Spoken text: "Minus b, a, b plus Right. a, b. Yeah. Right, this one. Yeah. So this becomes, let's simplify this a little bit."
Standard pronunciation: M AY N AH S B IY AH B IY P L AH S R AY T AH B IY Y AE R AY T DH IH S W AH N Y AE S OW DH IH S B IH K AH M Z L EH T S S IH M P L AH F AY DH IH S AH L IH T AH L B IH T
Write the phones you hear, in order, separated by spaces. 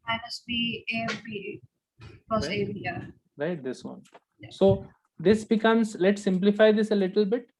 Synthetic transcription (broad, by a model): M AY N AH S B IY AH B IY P AH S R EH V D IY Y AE R AY T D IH S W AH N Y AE S OW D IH S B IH K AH M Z L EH T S S IH M P L AH F AY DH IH S AH L IH T AH L B IH T